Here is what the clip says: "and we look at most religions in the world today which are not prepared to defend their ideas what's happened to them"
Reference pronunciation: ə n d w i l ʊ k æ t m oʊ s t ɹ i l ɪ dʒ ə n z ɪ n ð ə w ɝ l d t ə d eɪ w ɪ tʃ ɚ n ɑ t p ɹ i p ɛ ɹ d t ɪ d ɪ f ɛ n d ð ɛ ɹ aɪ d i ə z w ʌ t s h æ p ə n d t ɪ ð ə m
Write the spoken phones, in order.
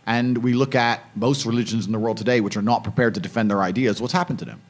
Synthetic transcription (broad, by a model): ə n w i l ʊ k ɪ t m oʊ s t ɹ i l ɪ dʒ ə n z n ð ə w ɝ l d t ə d eɪ w ɪ tʃ ɚ n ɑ t p ɹ i p ɛ ɹ d t ɪ d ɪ f ɛ n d ð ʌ ɹ aɪ d i ə z w ʌ t s h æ p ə n t ɪ ð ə m